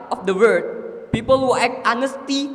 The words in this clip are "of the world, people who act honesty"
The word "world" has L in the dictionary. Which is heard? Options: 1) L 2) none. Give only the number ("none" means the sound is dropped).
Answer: 2